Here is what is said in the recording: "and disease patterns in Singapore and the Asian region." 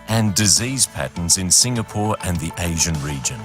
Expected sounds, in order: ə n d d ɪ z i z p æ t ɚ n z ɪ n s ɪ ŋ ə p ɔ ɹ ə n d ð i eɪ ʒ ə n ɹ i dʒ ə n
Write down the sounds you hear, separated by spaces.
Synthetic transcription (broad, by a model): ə n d d ɪ z i z p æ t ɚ n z ɪ n s ɪ ŋ ə p ɔ ɹ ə n ð i eɪ ʒ ə n ɹ i dʒ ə n